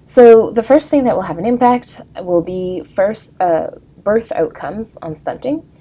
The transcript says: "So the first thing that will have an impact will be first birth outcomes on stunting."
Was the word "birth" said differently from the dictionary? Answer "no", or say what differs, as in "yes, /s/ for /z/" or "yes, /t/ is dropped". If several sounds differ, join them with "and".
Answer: no